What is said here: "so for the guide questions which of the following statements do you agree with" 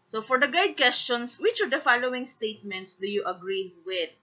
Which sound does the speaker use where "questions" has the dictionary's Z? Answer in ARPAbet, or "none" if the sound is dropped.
S